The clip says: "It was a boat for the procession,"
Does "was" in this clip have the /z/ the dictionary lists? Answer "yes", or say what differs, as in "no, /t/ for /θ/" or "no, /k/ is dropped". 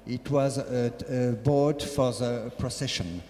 yes